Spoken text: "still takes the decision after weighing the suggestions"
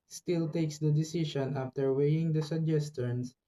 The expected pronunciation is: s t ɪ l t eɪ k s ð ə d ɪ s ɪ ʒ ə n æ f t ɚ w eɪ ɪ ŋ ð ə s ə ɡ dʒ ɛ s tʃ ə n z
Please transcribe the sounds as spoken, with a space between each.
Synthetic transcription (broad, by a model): s t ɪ l t eɪ k s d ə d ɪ s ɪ ʃ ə n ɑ f t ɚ w eɪ ɪ ŋ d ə s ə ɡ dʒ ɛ s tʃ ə n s